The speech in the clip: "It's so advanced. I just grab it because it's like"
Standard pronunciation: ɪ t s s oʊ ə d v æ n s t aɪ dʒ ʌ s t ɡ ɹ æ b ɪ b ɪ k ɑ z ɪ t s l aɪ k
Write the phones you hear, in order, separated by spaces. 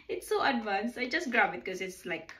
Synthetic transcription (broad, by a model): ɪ t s s oʊ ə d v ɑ n s aɪ dʒ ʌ s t ɡ ɹ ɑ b ɪ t k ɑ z ɪ t s l aɪ k